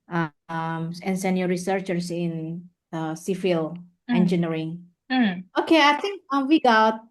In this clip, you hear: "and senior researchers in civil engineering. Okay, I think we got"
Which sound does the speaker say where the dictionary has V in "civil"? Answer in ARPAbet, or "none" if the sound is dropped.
F